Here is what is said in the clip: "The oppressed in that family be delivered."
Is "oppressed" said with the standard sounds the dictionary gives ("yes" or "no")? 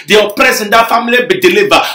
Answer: no